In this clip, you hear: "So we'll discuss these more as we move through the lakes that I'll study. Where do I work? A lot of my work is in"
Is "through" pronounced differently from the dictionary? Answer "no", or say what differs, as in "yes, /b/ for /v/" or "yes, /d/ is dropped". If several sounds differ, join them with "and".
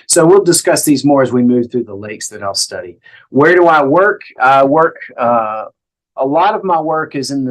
no